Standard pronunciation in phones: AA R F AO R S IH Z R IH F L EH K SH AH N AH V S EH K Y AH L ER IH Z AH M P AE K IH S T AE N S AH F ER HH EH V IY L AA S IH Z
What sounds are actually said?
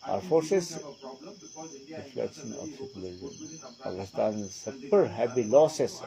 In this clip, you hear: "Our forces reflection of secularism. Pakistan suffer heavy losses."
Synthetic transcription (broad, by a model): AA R F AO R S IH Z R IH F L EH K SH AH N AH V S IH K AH L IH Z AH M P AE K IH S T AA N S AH P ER HH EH B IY L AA S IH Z